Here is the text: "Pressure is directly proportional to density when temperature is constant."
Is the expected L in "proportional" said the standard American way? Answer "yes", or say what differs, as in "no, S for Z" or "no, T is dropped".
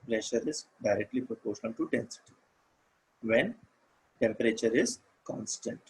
no, N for L